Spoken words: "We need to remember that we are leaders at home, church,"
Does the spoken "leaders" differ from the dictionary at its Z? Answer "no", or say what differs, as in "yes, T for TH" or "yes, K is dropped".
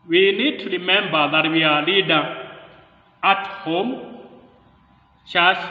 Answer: yes, Z is dropped